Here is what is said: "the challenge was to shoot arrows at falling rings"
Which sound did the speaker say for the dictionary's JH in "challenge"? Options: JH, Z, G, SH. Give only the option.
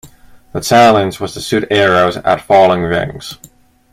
Z